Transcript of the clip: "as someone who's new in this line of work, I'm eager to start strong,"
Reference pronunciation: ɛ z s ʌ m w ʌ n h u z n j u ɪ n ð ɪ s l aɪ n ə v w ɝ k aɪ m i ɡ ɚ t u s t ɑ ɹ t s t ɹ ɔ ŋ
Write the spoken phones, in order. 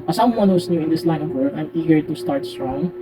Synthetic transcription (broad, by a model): s ʌ m w ʌ n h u s n j u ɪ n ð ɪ s l aɪ n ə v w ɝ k aɪ m i ɡ ɚ t u s t ɑ ɹ t s t ɹ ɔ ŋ